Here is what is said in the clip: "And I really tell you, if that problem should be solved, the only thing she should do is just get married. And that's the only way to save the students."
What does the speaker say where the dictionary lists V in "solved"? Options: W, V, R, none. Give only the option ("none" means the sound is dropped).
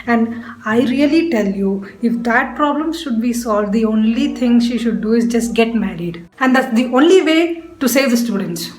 V